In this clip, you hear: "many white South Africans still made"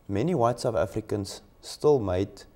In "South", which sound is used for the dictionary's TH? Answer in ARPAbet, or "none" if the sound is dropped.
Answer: F